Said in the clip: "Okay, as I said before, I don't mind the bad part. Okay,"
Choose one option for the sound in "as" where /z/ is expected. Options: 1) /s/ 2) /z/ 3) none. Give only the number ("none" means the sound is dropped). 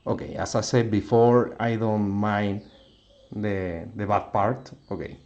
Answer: 1